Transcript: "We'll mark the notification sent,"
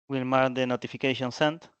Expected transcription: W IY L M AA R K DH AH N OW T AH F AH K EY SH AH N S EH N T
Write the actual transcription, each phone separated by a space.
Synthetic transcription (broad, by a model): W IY L M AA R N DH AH N OW T AH F AH K EY SH AH N S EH N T